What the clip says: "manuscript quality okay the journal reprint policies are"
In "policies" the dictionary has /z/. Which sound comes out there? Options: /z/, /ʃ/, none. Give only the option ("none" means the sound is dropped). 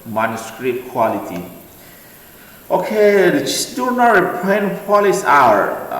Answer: none